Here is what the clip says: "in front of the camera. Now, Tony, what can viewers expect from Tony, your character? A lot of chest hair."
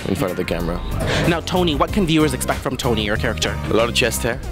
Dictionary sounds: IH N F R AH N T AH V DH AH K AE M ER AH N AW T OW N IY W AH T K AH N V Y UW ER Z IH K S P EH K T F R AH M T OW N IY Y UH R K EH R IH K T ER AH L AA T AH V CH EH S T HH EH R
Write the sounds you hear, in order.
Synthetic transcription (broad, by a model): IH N F R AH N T AH V DH AH K AE M ER AH N AW T OW N IY W AH T K AH N V Y UW ER Z IH K S P EH K T F R AH M T OW N IY Y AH R K EH R IH K T ER AH L AA T AH V CH EH S T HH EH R